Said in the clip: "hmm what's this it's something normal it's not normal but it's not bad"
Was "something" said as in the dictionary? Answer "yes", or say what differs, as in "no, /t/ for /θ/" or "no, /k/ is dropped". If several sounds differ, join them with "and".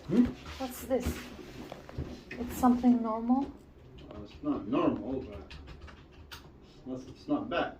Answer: yes